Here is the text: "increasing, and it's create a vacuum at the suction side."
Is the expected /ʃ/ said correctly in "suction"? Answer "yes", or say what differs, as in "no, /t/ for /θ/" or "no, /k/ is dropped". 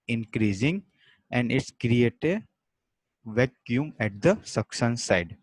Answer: no, /s/ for /ʃ/